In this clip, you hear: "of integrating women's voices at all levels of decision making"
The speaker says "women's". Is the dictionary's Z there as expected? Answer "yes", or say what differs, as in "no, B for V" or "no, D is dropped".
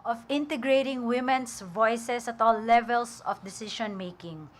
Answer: no, S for Z